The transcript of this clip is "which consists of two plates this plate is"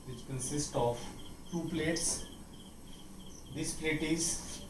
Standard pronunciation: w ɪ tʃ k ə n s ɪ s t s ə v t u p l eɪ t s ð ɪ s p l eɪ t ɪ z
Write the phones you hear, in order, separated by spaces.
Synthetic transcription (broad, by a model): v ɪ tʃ k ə n s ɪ s t ə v t u p l eɪ t s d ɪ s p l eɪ t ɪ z